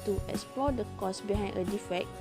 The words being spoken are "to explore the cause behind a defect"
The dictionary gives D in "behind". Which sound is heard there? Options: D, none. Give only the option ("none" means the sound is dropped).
none